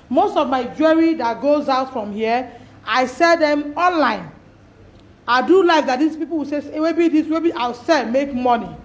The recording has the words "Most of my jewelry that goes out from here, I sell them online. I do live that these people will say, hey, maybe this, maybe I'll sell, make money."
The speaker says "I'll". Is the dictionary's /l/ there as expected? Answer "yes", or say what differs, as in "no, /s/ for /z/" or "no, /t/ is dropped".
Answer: no, /w/ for /l/